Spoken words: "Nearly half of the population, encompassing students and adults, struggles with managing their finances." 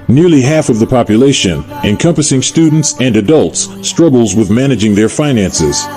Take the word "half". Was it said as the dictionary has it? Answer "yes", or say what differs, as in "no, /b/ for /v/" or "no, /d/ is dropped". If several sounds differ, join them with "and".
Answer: yes